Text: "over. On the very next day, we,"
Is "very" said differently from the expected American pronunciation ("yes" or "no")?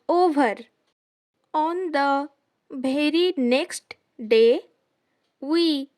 yes